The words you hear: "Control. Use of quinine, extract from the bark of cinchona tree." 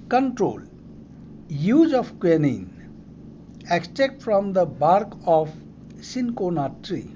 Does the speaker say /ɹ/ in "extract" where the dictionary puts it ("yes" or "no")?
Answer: no